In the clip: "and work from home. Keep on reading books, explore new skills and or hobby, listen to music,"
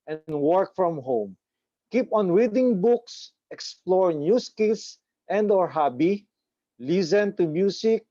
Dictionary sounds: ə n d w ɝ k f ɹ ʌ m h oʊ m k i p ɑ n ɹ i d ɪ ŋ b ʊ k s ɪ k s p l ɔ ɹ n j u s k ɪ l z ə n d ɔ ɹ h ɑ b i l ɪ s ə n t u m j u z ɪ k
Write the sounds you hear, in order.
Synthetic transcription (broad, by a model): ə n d w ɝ k f ɹ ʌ m h oʊ m k i p ɑ n ɹ i d ɪ ŋ b ʊ k s ɪ k s p l ɔ ɹ n j u s k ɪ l s ə n d ɔ ɹ h ɑ b i l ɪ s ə n t u m j u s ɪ k